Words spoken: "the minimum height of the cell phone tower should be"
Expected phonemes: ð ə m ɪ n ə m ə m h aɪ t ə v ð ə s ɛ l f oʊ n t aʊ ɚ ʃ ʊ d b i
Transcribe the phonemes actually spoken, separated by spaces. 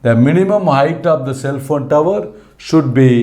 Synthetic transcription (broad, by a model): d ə m ɪ n ə m ə m h aɪ t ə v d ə s ɛ l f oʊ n t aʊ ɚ ʃ ʊ d b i